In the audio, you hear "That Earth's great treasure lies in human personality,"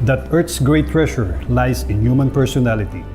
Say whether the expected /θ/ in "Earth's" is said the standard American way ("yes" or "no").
no